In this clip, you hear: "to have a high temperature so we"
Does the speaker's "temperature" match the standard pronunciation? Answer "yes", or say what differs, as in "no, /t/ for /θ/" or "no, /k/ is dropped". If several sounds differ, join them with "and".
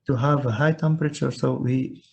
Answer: yes